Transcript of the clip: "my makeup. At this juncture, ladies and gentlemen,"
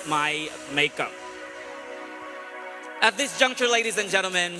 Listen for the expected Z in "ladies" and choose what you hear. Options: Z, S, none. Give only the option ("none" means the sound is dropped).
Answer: Z